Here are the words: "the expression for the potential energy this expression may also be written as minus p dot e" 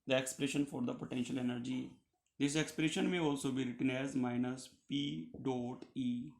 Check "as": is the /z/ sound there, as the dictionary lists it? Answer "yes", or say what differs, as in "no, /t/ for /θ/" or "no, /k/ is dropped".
yes